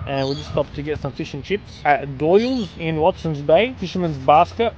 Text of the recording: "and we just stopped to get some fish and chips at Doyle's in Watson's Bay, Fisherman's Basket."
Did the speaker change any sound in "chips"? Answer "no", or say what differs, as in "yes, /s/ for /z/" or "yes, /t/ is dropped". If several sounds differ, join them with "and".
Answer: no